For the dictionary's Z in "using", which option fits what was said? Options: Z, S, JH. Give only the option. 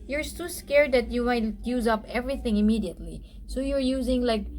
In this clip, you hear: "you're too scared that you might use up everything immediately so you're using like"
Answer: Z